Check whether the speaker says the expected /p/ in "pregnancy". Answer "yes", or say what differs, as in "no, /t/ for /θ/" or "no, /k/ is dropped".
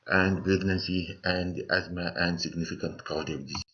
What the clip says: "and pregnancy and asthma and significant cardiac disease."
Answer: no, /b/ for /p/